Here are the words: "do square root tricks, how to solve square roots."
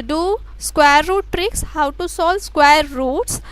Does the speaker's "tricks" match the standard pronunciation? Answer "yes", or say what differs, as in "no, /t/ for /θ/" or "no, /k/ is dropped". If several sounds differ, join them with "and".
yes